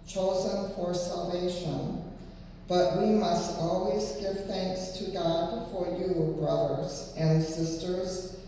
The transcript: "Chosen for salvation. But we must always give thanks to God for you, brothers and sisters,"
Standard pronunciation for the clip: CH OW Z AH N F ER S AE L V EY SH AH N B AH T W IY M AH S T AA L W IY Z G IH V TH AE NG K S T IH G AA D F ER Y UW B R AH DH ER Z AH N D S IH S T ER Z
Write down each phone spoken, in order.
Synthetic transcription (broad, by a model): CH OW Z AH N F ER S AE L V EY SH AH N B AH T W IY M AH S T AA L W IY Z G IH V TH AE NG K S T IH G AA D F ER Y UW B R AH DH ER Z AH N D S IH S T ER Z